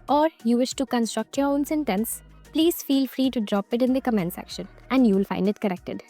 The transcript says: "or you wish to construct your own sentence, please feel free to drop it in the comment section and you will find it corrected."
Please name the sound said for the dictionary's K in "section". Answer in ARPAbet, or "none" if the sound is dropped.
K